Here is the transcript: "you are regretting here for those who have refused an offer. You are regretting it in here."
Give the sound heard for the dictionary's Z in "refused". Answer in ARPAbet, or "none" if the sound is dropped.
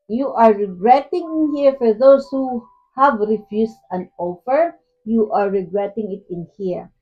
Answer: S